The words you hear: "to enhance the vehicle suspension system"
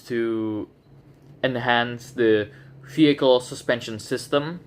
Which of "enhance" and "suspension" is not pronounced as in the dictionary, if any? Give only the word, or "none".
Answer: none